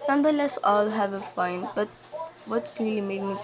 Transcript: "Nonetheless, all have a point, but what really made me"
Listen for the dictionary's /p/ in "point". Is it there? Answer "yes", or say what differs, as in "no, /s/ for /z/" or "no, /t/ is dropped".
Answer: no, /f/ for /p/